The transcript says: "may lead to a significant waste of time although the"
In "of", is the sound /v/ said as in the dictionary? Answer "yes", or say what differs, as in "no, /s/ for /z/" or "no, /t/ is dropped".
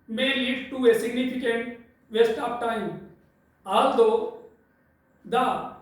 no, /p/ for /v/